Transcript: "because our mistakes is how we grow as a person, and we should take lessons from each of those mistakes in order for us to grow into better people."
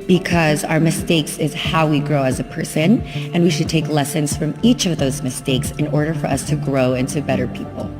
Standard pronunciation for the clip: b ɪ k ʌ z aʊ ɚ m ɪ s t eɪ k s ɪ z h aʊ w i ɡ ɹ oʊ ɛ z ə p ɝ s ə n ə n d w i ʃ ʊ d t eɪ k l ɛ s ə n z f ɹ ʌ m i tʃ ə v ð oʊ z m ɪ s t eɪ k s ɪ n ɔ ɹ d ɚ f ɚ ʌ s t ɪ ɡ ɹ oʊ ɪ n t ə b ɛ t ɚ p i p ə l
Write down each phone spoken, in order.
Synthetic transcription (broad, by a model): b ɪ k ʌ z aʊ ɚ m ɪ s t eɪ k s ɪ z h aʊ w i ɡ ɹ oʊ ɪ z ə p ɝ s ə n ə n w i ʃ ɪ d t eɪ k l ɛ s ə n z f ɹ ʌ m i tʃ ə v ð oʊ z m ɪ s t eɪ k s ɪ n ɔ ɹ d ɚ f ɚ ʌ s t ɪ ɡ ɹ oʊ ɪ n t ə b ɛ t ɚ p i p l